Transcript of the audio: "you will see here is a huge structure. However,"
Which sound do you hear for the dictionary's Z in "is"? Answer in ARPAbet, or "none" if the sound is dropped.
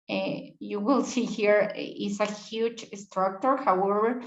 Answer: S